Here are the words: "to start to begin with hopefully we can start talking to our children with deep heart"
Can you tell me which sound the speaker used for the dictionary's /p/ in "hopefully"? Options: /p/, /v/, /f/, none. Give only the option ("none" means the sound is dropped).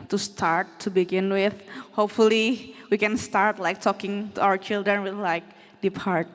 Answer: /p/